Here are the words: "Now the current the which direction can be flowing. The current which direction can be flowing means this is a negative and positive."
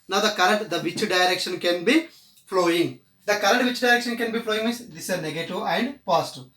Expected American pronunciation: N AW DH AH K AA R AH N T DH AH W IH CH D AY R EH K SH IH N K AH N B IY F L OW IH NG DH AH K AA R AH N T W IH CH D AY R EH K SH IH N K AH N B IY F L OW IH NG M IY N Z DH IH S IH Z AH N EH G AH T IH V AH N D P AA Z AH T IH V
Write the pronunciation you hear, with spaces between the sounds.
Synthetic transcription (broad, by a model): N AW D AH K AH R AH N T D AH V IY CH D AY R EH K SH IH N K AH N B IY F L OW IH NG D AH K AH R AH N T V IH CH D AY R EH K SH IH N K AH N B IY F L OW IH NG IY Z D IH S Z AH N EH G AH T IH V AH N D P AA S T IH